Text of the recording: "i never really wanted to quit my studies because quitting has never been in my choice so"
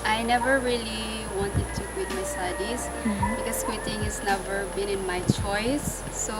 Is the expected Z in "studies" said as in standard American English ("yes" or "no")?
no